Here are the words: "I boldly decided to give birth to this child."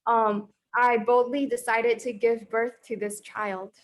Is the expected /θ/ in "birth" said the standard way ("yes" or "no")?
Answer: yes